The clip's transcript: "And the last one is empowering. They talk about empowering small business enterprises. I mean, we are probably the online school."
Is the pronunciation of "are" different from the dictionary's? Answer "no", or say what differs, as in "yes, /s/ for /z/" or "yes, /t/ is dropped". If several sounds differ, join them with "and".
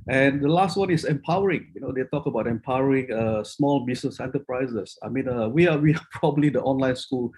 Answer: yes, /w/ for /ɹ/